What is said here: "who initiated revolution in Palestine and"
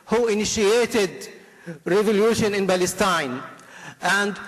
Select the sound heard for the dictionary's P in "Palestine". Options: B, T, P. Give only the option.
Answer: B